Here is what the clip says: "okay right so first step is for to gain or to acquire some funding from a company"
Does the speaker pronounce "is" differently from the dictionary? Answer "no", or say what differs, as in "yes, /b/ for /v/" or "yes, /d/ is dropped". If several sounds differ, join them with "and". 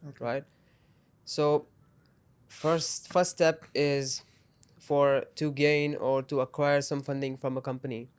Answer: no